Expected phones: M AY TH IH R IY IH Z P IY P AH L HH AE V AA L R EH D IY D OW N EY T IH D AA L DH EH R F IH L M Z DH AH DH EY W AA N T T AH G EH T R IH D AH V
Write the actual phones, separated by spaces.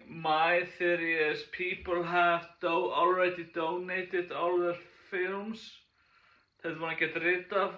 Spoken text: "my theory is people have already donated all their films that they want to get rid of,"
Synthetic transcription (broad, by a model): M AY TH IH R IY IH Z P IY P AH L HH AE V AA L R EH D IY D OW N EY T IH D AA L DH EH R F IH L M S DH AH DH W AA T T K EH T R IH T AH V